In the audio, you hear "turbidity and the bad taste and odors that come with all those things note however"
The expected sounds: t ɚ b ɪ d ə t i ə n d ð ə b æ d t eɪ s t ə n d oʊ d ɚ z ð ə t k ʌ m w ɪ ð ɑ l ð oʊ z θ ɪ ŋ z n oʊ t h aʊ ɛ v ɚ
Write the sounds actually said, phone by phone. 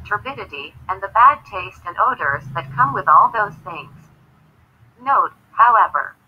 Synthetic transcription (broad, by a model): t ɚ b ɪ d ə t i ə n ð ə b æ d t eɪ s t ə n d oʊ d ɚ z ð ə t k ʌ m w ɪ ð ɑ l ð oʊ z θ ɪ ŋ z n oʊ t h aʊ ɛ v ɚ